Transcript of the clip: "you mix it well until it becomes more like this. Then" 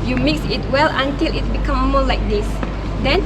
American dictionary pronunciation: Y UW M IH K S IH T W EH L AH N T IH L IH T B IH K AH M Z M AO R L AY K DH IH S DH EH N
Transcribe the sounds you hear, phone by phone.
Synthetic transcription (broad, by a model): Y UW M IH K S IH T W EH L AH N T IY L IH T B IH K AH M M AO L AY K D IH S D EH N